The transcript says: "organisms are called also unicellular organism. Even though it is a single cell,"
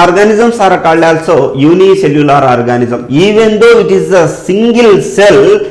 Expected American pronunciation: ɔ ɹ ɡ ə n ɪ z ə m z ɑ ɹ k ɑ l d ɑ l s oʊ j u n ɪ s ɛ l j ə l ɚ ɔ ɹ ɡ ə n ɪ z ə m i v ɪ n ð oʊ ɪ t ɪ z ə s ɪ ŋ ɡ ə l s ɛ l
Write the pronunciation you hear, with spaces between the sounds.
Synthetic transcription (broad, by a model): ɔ ɹ ɡ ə n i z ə m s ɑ ɹ k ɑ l ɑ l s oʊ j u n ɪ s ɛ l j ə l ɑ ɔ ɹ ɡ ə n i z ə m i v ɪ n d oʊ ɪ t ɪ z ə s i ŋ ɡ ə l s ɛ l